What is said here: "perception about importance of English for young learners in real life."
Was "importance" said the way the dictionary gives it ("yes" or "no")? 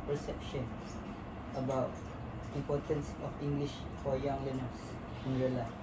yes